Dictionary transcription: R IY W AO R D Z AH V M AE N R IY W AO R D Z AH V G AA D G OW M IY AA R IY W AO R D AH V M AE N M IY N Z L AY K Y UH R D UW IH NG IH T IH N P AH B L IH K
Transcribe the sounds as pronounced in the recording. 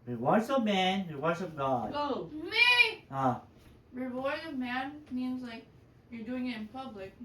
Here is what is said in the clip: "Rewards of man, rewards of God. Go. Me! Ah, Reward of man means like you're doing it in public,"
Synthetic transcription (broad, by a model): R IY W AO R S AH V M AE N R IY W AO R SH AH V G AA D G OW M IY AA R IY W AO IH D AH V M AE N M IY N Z L AY K Y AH R D UW IH NG IH T IH N P AH B L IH K